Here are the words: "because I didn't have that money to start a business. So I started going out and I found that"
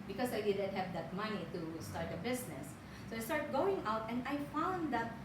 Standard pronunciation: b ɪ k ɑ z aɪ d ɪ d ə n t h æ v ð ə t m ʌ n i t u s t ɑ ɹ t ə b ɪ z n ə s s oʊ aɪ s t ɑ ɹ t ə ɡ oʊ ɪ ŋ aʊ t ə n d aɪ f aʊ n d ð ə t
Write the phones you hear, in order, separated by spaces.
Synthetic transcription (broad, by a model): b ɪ k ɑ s aɪ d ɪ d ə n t h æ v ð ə t m ʌ n i t u s t ɑ ɹ t ə b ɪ s n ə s s oʊ aɪ s t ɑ ɹ t ɡ oʊ ɪ ŋ aʊ t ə n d aɪ f aʊ n d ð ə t